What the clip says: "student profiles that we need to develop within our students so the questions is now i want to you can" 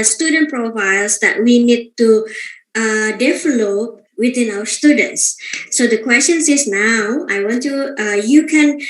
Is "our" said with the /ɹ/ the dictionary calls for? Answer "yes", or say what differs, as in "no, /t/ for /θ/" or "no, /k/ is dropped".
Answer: no, /w/ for /ɹ/